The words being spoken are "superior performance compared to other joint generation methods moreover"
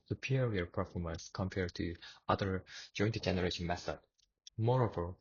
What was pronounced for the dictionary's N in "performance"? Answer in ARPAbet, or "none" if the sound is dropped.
N